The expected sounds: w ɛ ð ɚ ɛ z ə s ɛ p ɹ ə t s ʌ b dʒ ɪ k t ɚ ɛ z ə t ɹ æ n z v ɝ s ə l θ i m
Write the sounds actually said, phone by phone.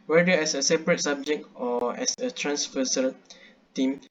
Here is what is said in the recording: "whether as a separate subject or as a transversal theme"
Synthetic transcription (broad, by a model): w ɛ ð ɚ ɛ s ə s ɛ p ɹ ə t s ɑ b dʒ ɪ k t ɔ ɛ s ə t ɹ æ n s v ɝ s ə l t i m